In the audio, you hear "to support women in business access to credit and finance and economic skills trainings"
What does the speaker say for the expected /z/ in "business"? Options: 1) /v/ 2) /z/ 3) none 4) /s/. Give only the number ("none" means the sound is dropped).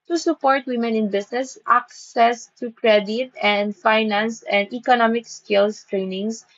4